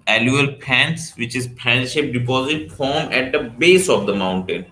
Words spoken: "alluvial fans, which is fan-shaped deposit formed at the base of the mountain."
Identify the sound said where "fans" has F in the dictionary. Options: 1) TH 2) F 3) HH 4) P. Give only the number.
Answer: 4